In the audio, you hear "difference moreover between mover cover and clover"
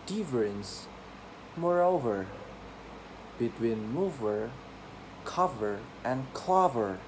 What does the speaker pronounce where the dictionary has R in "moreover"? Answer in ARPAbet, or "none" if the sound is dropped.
R